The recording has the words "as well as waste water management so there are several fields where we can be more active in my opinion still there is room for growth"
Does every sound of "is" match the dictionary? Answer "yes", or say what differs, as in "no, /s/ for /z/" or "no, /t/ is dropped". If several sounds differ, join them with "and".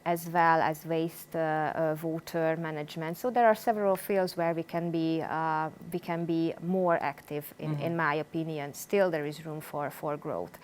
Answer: yes